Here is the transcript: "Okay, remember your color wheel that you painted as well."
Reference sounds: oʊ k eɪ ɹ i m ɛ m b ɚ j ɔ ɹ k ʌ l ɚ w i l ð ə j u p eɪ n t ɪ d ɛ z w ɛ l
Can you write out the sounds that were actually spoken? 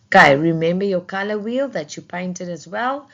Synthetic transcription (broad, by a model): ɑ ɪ ɹ i m ɛ m b ɚ j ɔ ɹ k ʌ l ɚ w i l ð ə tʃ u p eɪ n t ɪ d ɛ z w ɛ l